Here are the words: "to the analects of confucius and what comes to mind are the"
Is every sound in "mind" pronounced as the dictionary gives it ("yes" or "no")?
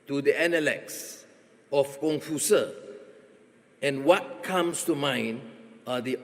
no